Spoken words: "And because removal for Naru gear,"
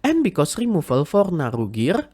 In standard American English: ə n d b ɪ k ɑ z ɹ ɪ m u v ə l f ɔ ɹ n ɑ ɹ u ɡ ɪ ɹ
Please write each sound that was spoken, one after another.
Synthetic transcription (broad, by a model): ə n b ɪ k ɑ s ɹ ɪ m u f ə l f ɔ ɹ n ɑ ɹ u ɡ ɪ ɹ